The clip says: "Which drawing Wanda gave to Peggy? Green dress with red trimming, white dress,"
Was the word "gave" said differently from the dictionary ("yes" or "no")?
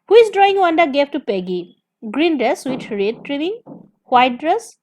yes